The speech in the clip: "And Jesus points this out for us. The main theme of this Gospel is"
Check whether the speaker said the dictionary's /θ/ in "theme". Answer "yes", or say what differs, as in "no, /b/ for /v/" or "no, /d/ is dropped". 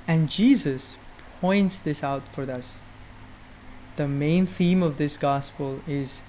yes